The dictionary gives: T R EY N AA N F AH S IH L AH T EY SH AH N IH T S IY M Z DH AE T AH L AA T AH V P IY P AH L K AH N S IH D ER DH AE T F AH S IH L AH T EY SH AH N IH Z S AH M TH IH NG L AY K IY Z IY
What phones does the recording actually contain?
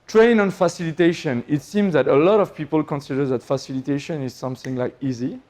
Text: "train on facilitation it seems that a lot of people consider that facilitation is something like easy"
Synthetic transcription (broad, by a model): T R EY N AA N F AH S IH L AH T EY SH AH N IH T S IY M Z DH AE T AH L AA T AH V P IY P AH L K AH N S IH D ER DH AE T F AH S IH L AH T EY SH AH N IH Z S AH M TH IH NG L AY K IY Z IY